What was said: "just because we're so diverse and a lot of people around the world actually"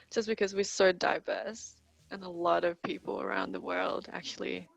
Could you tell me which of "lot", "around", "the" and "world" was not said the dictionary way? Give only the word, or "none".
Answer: none